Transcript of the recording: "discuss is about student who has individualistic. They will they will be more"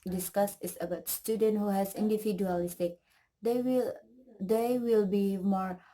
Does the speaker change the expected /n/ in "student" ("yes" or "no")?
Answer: no